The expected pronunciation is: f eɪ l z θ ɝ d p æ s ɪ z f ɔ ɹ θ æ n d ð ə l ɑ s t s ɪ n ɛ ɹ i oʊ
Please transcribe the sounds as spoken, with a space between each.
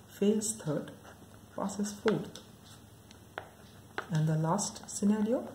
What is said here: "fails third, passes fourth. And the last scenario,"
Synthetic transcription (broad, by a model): f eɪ l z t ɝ d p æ s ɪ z f ɔ ɹ t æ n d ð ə l ɑ s t s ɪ n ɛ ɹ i oʊ